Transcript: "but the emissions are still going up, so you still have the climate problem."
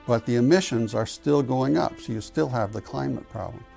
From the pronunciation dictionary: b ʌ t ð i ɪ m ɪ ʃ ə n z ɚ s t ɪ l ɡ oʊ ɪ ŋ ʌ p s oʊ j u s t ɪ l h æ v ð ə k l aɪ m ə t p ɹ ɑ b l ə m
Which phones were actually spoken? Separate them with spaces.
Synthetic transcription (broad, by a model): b ʌ t ð i ɪ m ɪ ʃ ə n z ɚ s t ɪ l ɡ oʊ ɪ ŋ ʌ p s oʊ j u s t ɪ l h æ v ð ə k l aɪ m ə t p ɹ ɑ b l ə m